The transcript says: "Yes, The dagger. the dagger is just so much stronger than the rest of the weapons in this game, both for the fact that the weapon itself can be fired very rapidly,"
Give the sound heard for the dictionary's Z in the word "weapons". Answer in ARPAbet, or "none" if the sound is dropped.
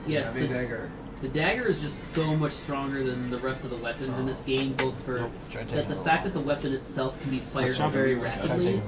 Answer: Z